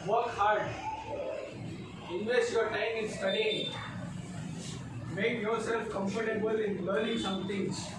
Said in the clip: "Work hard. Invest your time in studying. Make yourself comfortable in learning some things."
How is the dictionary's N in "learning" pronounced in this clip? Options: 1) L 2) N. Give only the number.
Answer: 1